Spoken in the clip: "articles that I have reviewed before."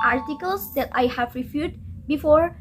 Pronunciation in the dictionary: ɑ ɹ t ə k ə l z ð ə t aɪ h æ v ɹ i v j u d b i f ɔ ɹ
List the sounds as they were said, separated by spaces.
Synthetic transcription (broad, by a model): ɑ ɹ t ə k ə l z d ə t aɪ h æ v ɹ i f j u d b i f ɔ ɹ